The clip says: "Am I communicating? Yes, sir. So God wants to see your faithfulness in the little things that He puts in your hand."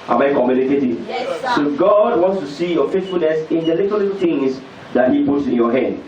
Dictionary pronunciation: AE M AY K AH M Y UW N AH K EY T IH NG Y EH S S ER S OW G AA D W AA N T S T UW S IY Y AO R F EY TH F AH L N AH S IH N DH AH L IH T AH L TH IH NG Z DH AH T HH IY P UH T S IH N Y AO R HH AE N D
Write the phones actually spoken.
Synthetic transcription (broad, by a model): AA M AY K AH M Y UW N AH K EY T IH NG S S S OW G AA D W AA N T S T UW S IY Y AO F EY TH F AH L N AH S IH N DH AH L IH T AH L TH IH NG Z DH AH T HH IY P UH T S IH N Y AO HH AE N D